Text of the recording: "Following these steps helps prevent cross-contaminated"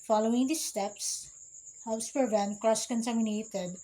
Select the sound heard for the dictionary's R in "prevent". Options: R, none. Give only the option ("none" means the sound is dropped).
none